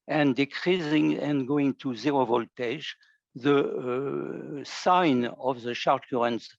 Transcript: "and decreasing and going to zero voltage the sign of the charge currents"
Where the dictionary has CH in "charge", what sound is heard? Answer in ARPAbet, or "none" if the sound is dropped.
SH